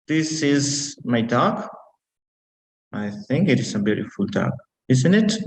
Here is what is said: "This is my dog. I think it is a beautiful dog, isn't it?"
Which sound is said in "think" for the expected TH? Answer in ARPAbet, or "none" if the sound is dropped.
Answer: TH